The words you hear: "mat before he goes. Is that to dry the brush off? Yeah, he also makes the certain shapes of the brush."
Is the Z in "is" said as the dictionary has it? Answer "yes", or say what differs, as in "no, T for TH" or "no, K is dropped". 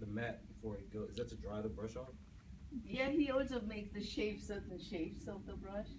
yes